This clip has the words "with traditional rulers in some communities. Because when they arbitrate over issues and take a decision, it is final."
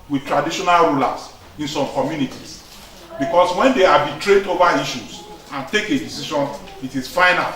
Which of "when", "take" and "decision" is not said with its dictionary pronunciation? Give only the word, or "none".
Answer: decision